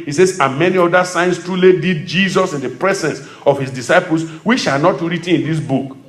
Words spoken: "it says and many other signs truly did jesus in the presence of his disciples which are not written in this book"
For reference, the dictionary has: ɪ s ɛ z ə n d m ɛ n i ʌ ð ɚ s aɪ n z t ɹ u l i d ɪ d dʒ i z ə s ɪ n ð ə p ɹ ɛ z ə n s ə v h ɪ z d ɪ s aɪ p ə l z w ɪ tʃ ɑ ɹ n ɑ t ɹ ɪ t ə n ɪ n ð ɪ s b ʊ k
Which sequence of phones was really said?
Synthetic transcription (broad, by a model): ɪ s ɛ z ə m ɛ n i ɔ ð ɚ s aɪ n s t ɹ u l i d ɪ d dʒ i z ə s ɪ n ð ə p ɹ ɛ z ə n s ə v h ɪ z d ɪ s aɪ p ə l s w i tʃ ɑ l n ɑ t ɹ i t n ɪ n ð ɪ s b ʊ k